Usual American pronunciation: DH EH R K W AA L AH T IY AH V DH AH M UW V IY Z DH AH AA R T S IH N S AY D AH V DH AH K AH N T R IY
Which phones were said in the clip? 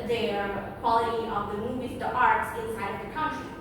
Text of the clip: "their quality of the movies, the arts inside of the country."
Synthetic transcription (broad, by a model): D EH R K W AA L AH T IY AH V DH AH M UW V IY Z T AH AA R T S IH N S AY D AH V DH AH K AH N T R IY